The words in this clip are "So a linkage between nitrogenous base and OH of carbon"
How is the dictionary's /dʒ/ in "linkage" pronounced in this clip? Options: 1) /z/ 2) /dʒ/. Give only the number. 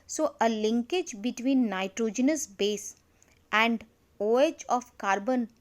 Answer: 2